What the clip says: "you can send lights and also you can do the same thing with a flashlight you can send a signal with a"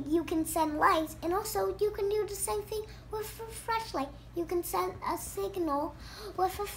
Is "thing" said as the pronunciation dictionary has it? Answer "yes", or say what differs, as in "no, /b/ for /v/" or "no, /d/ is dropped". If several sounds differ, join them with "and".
yes